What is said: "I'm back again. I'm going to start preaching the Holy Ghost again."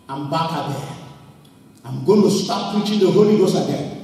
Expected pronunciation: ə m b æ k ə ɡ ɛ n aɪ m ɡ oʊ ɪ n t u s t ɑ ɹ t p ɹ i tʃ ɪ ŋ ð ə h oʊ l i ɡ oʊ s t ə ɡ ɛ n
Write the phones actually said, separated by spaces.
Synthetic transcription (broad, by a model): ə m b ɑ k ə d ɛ aɪ m ɡ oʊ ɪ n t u s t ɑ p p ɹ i tʃ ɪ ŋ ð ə h oʊ l i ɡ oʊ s ə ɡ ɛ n